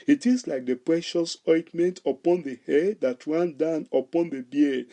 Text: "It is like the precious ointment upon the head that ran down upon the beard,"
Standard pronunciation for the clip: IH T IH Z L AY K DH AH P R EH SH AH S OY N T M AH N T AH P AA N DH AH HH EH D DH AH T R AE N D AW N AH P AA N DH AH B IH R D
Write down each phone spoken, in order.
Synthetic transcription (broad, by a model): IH T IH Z L AY K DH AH P R EH SH AH S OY T M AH N T AH P AA N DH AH HH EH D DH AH T R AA N D AW N AH P AA N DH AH B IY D